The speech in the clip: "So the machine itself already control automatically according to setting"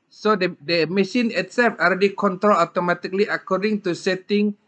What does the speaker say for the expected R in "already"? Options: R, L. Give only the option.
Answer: L